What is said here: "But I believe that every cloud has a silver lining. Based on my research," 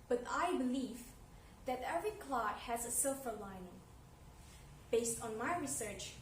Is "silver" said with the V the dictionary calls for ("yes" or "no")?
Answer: no